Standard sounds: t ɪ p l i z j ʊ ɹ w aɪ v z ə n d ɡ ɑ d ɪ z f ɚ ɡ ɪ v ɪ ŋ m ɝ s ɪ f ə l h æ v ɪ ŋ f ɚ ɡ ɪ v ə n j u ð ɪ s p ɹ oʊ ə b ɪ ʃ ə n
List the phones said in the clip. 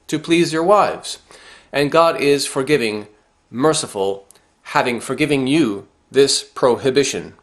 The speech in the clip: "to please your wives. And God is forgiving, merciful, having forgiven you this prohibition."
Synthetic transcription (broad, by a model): t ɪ p l i z j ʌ ɹ w aɪ v z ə n ɡ ɑ d ɪ z f ɚ ɡ ɪ v ɪ ŋ m ɝ s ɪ f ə l h æ v ɪ ŋ f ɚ ɡ ɪ v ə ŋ j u ð ɪ s p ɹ oʊ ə b ɪ ʃ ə n